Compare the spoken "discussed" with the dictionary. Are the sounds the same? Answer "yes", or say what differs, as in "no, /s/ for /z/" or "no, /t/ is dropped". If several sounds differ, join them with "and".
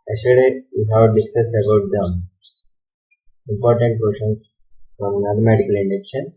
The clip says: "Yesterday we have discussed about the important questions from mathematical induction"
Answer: no, /t/ is dropped